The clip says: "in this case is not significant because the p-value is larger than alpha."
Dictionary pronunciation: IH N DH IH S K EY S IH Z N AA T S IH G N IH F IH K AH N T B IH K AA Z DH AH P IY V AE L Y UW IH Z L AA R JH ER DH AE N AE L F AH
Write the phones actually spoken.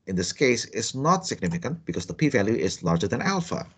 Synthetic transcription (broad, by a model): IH N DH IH S K EY S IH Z N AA T S IH G N IH F IH K AH N T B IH K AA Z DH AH P IY V AE L Y UW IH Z L AA R JH ER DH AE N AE L F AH